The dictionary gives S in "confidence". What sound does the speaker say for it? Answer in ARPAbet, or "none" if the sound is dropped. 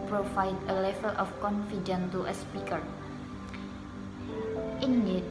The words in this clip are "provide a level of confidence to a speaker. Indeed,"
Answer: none